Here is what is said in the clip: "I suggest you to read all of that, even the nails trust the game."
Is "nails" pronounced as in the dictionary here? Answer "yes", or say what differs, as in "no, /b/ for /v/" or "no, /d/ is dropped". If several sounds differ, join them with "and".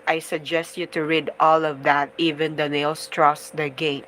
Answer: no, /s/ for /z/